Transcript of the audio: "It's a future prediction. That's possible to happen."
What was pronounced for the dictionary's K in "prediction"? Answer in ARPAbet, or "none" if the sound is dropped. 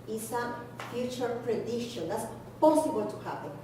none